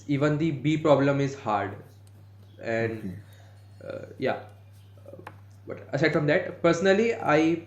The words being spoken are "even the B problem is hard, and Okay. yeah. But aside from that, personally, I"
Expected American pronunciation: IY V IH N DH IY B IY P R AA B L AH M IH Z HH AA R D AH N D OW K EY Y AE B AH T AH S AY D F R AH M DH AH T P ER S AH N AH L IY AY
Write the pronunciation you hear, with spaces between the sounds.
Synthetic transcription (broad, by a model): IY V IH N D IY B IY P R AA B L AH M IH Z HH AA R D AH N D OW Y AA B AH T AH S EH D F R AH M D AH T P ER S AH N AH L IY AY